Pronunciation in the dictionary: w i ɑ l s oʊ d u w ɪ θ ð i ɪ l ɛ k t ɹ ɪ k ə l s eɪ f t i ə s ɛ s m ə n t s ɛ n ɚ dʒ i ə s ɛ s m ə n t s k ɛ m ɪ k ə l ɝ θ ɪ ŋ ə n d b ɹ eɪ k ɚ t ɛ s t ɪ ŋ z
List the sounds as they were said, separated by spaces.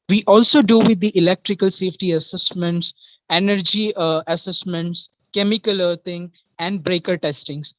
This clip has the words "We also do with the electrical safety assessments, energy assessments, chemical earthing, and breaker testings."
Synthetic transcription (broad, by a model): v i ɑ l s oʊ d u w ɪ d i ɪ l ɛ k t ɹ ɪ k ə l s eɪ f t i ə s ɛ s m ə n t s ɛ n ɚ dʒ i ə s ɛ s m ə n t s k ɛ m ɪ k ə l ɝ t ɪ ŋ ə n d b ɹ eɪ k ɚ t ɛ s t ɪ ŋ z